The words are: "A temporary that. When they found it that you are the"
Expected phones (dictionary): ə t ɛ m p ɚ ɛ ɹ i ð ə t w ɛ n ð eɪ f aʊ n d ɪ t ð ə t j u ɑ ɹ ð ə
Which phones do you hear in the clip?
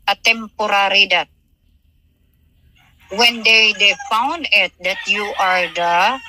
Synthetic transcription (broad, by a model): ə t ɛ m p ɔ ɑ ɹ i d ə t w ɛ n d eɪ f aʊ n d ɪ t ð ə t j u ɑ ɹ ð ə